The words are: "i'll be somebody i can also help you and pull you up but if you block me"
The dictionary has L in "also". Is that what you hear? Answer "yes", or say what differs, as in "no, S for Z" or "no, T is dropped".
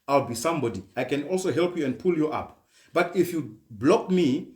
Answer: yes